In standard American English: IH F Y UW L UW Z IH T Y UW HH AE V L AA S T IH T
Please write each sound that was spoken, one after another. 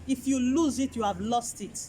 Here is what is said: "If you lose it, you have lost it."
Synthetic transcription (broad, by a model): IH F Y UW L UW Z IH T Y UW HH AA V L AA S T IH T